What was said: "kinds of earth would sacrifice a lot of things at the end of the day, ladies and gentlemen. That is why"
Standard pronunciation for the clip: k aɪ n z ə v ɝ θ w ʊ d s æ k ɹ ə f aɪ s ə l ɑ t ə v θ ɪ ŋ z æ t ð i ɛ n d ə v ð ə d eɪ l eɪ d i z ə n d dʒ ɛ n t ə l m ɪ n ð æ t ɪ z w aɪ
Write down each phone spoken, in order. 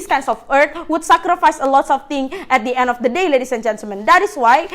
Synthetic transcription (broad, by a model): k aɪ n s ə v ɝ t w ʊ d s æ k ɹ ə f aɪ s ə l ɑ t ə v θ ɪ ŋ s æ t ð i ɛ n d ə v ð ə d eɪ l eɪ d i s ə n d dʒ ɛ n t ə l m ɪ n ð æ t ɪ s w aɪ